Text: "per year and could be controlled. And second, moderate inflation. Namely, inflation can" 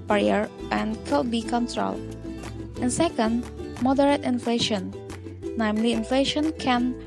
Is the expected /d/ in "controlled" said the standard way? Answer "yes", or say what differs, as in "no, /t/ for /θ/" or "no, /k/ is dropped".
no, /d/ is dropped